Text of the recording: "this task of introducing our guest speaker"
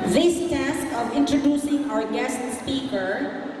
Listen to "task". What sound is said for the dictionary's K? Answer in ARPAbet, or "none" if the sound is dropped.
K